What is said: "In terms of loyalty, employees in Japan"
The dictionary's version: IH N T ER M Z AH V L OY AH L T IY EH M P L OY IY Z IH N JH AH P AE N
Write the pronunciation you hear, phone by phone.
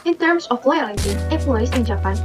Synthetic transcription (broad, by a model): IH N T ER M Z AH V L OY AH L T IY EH P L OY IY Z IH N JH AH P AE N